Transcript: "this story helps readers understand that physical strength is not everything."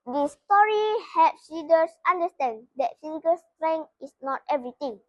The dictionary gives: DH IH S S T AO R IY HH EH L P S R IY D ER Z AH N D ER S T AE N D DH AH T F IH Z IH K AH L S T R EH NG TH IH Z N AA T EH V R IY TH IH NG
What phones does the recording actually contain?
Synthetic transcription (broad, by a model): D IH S S T AO R IY HH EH P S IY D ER S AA N D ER S T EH N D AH T F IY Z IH K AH L S T R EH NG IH S N AA T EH V R IY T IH NG